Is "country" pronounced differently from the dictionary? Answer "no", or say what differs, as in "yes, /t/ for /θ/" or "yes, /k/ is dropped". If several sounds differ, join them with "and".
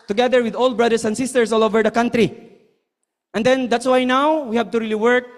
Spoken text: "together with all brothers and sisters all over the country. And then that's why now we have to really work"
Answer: no